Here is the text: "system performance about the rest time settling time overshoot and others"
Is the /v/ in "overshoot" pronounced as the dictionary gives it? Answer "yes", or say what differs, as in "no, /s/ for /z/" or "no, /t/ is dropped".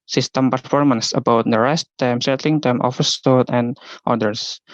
no, /f/ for /v/